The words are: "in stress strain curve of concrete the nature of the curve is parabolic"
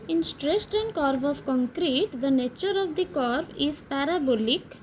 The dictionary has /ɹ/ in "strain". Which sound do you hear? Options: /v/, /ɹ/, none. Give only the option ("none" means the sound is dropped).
none